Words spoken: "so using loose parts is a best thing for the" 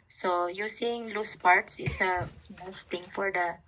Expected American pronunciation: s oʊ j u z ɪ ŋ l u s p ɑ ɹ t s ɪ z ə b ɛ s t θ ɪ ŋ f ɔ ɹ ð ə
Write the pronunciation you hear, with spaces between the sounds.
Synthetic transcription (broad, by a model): s oʊ j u s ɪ ŋ l u s p ɑ ɹ t s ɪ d ə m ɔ s t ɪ ŋ f ɔ ɹ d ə